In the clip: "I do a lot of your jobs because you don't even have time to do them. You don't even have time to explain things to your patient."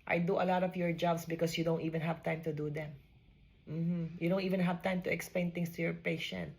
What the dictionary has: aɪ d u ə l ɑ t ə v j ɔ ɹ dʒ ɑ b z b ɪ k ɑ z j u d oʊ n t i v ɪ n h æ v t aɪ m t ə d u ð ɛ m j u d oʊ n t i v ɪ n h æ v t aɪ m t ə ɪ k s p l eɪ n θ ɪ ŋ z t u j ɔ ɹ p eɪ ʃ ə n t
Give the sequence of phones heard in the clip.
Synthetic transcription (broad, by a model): aɪ d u ə l ɑ t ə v j ɔ ɹ dʒ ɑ b s b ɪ k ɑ s j u d oʊ n t i v ɪ n h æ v t aɪ m t ə d u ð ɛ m j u d oʊ n t i v ɪ n h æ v t aɪ m t ə ɪ k s p l eɪ n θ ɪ ŋ s t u j ɔ ɹ p eɪ ʃ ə n t